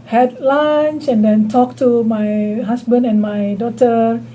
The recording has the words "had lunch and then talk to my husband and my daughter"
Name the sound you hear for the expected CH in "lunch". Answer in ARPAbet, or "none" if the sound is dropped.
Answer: S